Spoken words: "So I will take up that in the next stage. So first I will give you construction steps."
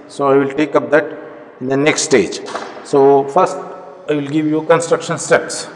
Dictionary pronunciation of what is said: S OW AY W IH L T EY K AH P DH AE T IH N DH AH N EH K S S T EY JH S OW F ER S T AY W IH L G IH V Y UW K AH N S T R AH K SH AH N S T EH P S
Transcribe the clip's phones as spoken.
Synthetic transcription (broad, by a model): S OW AY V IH L T EY K AH P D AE T IH N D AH N EH K S S T EY JH S OW F ER S T AY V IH L G IH V Y UW K AH N S T R AH K SH AH N S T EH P S